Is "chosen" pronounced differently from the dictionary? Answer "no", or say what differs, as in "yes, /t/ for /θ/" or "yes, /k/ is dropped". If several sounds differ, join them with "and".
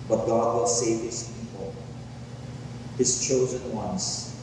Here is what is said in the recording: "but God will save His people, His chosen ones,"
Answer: no